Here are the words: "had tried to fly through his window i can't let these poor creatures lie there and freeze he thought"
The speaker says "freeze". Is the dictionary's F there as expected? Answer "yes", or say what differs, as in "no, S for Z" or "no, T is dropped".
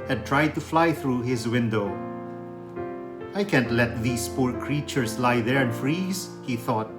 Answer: yes